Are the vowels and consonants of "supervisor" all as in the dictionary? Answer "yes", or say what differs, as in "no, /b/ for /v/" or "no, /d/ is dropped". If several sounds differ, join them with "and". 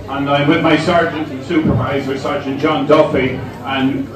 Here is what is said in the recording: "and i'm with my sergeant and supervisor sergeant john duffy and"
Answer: yes